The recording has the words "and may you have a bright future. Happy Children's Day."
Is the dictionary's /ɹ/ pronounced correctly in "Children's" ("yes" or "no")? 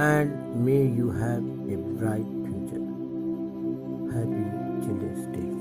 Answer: no